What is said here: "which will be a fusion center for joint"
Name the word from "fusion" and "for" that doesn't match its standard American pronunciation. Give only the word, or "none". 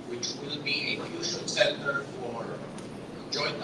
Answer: fusion